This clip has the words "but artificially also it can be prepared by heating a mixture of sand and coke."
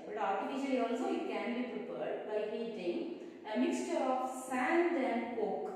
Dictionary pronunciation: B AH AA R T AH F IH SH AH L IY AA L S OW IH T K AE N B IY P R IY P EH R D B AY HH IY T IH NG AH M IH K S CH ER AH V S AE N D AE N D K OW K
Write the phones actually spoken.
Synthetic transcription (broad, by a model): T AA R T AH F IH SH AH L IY AA L S OW IH T K AE N B IY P R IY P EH R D B AY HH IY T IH NG AH M IH K S CH ER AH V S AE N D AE N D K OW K